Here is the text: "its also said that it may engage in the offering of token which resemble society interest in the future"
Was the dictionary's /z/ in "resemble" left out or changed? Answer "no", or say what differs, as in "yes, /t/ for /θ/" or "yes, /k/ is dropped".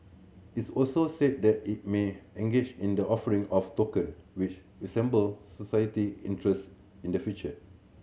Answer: yes, /s/ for /z/